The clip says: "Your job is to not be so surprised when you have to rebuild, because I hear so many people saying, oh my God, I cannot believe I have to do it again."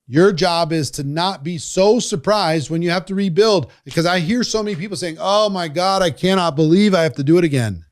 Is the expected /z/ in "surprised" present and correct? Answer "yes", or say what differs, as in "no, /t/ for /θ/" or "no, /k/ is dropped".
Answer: yes